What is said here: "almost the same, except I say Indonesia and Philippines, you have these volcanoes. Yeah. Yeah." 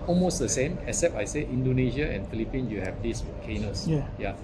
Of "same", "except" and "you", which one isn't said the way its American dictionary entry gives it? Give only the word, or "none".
except